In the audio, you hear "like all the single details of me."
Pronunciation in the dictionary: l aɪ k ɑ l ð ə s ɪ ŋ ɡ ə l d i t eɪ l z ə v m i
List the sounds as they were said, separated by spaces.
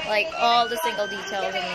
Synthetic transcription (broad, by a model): l aɪ k ɑ l ð ə s ɪ ŋ ɡ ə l d i t eɪ l z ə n